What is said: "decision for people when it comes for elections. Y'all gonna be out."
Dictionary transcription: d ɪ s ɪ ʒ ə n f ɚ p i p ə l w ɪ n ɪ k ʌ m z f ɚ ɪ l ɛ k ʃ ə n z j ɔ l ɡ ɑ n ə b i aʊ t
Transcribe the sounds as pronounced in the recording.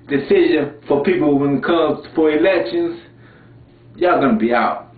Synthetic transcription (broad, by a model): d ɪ s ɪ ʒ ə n f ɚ p i p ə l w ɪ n k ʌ z f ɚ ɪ l ɛ k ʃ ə n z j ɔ ɡ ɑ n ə b i aʊ t